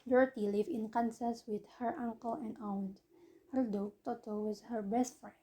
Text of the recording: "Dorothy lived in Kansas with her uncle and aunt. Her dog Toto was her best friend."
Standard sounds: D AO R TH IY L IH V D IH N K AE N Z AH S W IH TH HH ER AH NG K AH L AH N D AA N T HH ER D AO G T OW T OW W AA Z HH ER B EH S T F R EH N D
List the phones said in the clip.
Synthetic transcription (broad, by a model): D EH R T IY L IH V IH N K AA N S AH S W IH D HH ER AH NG K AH L AH N D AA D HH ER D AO T OW T OW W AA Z HH ER B EH S T F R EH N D